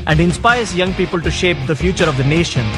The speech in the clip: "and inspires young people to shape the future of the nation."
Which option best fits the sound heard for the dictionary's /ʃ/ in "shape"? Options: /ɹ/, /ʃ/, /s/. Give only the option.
/ʃ/